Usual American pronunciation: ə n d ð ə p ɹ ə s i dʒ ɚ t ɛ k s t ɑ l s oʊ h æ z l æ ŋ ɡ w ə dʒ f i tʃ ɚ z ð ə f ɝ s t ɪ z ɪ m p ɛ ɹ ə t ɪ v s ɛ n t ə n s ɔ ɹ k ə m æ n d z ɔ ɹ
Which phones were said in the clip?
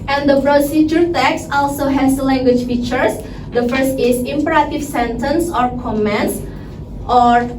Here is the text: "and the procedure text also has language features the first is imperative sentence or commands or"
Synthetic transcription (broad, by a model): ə n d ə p ɹ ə s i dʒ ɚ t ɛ k s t ɑ l s oʊ h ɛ s l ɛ ŋ ɡ w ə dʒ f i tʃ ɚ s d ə f ɝ s t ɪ s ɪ m p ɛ ɹ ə t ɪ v s ɛ n t ə n s ɔ ɹ k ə m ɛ n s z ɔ ɹ